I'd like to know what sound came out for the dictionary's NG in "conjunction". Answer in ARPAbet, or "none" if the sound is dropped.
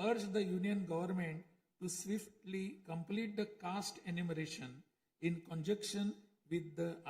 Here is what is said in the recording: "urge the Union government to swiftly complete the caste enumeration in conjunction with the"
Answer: none